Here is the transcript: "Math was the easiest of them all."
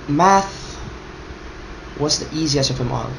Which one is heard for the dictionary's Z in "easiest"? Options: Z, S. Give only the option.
Z